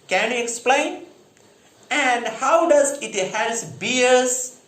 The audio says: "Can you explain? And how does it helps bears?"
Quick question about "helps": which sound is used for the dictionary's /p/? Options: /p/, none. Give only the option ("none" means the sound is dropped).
none